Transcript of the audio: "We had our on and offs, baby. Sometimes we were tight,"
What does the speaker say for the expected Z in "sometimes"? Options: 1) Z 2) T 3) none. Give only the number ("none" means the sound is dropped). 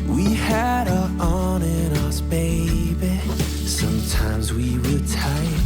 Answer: 1